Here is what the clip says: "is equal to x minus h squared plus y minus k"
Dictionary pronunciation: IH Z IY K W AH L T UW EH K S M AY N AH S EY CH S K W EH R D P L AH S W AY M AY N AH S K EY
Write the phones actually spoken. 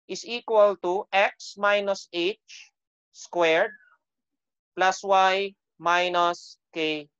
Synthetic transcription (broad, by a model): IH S IY K W AH L T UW EH K S M AY N AH S EY CH S K W EH R D P L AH S W AY M AY N AH S K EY